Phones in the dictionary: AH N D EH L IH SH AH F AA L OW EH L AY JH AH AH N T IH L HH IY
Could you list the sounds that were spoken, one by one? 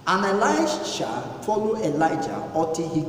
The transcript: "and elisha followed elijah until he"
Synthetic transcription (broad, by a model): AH N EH L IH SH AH F AA L OW EH L AY JH AH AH T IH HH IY